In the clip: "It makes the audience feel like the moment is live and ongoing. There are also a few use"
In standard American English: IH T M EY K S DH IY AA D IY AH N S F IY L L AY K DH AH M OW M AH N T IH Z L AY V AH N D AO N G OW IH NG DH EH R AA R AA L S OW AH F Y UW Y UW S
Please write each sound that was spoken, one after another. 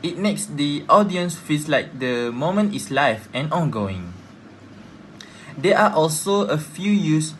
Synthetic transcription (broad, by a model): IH T M EY K S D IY AA D IY AH N S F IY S L AY K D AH M OW M AH N T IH S L AY F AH N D AO N G OW IH NG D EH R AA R AA L S OW AH F Y UW Y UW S